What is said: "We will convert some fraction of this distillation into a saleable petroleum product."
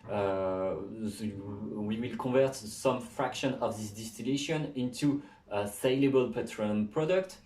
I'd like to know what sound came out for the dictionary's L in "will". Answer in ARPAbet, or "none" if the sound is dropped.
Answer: L